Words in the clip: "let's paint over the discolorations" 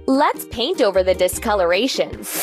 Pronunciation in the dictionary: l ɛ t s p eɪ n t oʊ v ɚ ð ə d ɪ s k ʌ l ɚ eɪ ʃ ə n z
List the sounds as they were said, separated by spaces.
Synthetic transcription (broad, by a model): l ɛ t s p eɪ n t oʊ v ɚ ð ə d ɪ s k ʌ l ɚ eɪ ʃ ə n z